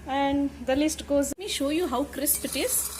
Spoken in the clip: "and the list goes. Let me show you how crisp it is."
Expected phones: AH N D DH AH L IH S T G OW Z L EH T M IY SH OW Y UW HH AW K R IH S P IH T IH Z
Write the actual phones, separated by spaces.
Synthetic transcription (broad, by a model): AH N D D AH L IH S T G OW Z M IY SH OW Y UW HH AW K R IH S P IH T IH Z